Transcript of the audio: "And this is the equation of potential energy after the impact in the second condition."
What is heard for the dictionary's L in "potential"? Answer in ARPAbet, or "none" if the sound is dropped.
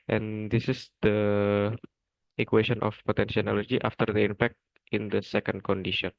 N